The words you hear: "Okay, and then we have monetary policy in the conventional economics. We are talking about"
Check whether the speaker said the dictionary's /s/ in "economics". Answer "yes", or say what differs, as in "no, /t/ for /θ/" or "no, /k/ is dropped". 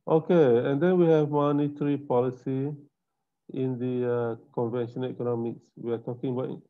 yes